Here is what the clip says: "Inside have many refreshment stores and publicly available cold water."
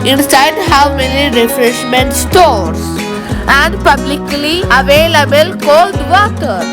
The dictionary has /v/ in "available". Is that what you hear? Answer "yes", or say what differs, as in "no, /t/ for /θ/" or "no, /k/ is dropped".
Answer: yes